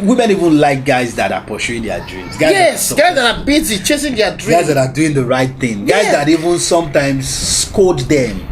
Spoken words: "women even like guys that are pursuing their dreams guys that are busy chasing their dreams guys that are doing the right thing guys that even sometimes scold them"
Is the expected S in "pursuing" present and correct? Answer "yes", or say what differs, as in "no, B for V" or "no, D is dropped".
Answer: no, SH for S